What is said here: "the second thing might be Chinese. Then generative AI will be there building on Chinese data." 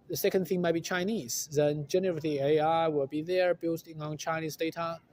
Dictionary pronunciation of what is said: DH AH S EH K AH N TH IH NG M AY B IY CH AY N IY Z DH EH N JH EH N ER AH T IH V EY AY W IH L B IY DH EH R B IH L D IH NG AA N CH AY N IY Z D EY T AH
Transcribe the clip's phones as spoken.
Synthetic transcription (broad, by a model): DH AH S EH K AH N TH IH NG M AY B IY CH AY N IY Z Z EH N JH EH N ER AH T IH EY AY W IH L B IY DH EH R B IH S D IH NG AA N CH AY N IY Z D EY T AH